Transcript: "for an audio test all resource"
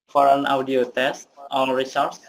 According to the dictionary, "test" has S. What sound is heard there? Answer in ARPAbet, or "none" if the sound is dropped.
S